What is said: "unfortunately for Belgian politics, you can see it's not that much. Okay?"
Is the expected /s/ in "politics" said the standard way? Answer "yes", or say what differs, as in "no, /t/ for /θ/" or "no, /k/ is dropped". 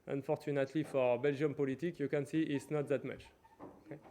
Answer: no, /s/ is dropped